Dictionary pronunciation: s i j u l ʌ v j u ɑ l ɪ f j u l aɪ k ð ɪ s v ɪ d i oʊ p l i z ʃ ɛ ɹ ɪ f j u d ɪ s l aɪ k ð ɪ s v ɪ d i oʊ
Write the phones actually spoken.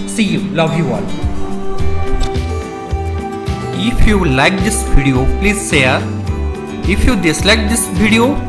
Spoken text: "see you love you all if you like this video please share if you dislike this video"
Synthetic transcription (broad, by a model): s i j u l ʌ v j u ɑ l ɪ f j u l aɪ k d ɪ s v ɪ d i oʊ p l i z s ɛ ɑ ɪ f j u d ɪ s l aɪ k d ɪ s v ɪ d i oʊ